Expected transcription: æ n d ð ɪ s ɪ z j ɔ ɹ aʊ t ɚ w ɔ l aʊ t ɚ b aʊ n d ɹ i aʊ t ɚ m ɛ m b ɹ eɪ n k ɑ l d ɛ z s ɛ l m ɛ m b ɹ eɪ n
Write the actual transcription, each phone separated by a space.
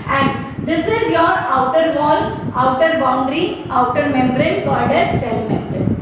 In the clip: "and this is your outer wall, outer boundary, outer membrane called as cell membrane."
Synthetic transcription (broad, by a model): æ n d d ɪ s ɪ z j ɔ ɹ aʊ t ɚ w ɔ l aʊ t ɚ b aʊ n d ɹ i aʊ t ɚ m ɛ m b ɹ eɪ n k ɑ d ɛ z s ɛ l m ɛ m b ɹ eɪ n